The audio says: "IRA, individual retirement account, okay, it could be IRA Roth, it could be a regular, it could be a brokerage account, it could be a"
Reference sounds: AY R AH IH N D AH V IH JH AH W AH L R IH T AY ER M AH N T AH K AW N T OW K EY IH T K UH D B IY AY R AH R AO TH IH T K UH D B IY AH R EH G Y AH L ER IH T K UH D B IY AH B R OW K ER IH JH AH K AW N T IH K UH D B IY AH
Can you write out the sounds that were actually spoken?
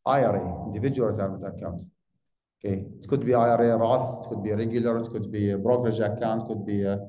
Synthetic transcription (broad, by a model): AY R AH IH N D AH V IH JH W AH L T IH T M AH T AH K AW N T OW K EY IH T K UH D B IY AY R AH R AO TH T K UH D B IY R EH G Y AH L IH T K UH D B IY B R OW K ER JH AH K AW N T K UH D B IY